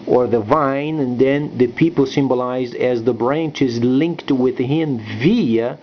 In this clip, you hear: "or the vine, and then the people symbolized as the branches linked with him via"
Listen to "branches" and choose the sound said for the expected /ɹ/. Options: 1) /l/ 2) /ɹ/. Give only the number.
2